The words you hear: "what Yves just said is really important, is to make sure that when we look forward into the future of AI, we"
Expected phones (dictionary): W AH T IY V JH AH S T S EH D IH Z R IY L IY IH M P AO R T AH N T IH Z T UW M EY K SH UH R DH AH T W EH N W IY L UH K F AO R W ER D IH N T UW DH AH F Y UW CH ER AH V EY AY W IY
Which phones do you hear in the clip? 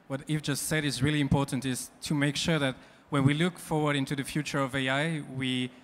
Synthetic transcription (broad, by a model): W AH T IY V JH AH S T S EH D IH Z R IY L IY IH M P AO R T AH N T IH Z T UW M EY K SH UH R DH AH T W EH N W IY L UH K F AO R W ER D IH N T UW DH AH F Y UW CH ER AH V EY AY W IY